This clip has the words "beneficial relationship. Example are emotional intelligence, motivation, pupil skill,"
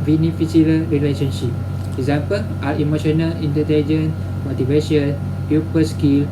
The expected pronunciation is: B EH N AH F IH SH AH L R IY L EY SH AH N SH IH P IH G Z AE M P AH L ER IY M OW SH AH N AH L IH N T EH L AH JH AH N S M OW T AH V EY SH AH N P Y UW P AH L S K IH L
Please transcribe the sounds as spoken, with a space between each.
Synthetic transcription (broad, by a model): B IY N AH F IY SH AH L R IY L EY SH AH N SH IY P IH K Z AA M P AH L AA IY M OW SH AH N AH L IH N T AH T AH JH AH N M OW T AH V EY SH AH N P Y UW P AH S K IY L